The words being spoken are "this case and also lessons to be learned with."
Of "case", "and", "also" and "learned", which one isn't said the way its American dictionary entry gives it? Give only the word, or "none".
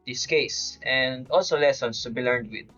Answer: none